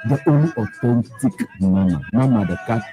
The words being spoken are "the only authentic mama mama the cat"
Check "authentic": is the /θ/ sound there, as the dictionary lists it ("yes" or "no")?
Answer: no